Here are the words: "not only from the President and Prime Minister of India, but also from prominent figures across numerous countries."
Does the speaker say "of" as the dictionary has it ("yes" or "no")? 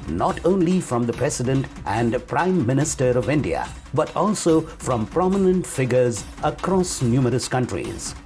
yes